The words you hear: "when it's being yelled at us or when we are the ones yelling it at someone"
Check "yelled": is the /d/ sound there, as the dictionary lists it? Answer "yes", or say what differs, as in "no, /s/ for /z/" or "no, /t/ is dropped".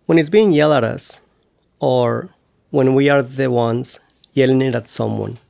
no, /d/ is dropped